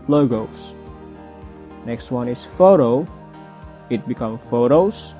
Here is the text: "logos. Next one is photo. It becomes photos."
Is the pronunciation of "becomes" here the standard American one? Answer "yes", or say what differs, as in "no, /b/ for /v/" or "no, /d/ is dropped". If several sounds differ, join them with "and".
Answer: no, /z/ is dropped